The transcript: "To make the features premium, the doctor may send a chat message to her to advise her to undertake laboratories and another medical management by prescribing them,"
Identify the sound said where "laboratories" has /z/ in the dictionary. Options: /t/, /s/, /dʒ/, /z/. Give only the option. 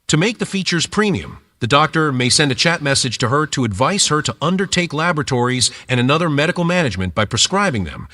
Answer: /z/